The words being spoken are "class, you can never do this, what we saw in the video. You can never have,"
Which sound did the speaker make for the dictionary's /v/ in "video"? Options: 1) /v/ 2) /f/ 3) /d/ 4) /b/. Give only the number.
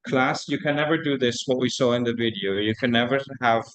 1